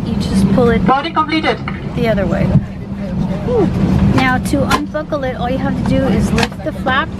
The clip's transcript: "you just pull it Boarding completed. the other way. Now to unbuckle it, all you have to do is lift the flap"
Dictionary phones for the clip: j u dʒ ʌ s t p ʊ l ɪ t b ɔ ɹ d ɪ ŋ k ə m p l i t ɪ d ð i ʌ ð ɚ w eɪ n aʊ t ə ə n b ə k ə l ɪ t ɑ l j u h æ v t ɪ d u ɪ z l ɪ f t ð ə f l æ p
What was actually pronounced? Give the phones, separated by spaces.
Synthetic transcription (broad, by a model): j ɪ dʒ ʌ s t p ʊ l ɪ t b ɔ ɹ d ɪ k ə m p l i t ɪ d ð i ʌ ð ɚ w eɪ n aʊ t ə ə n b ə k l ɪ t ɑ l j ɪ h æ f t ɪ d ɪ ɪ z l ɪ f t ð ə f l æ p